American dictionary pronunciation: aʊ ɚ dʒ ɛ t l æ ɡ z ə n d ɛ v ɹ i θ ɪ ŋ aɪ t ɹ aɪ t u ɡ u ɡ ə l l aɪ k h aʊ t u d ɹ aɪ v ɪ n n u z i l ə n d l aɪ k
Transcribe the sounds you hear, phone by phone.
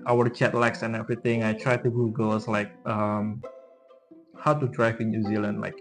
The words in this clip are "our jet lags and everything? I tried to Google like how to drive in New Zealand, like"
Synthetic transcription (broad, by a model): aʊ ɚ tʃ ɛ t l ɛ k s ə n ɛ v ɹ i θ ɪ ŋ aɪ t ɹ aɪ t u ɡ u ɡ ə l l aɪ k h aʊ t u d ɹ aɪ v ɪ n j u z i l ə n d l aɪ k